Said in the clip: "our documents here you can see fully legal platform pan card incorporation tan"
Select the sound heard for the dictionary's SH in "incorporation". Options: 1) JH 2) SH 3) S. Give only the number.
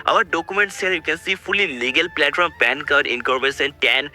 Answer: 3